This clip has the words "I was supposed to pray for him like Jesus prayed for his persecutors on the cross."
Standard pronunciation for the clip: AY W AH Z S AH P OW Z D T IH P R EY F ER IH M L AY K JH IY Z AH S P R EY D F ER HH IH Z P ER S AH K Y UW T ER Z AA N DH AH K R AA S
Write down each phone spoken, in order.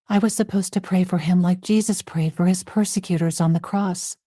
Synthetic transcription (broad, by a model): AY W AH Z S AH P OW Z T IH P R EY F ER IH M L AY K JH IY Z AH S P R EY D F ER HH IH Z P ER S AH K Y UW T ER Z N DH AH K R AA S